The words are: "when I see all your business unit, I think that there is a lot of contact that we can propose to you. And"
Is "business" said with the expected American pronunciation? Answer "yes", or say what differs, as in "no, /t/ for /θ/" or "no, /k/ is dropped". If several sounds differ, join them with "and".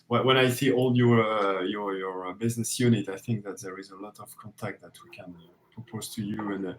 yes